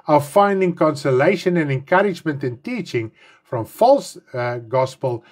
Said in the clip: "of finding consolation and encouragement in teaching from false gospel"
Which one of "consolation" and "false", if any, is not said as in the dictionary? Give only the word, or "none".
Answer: none